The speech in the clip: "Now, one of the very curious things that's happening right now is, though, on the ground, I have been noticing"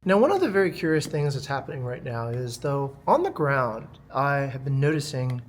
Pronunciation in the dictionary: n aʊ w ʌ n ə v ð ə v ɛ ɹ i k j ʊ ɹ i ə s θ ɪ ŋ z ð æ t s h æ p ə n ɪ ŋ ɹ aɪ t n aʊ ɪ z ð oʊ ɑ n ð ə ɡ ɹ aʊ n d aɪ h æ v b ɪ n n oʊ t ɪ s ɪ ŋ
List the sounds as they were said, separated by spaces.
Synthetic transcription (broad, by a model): n aʊ w ʌ n ə v ð ə v ɛ ɹ i k j ʊ ɹ i ə s θ ɪ ŋ z ð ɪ t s h æ p ə n ɪ ŋ ɹ aɪ t n aʊ ɪ z ð oʊ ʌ n ð ə ɡ ɹ aʊ n d aɪ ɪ v b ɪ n n oʊ t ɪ s ɪ ŋ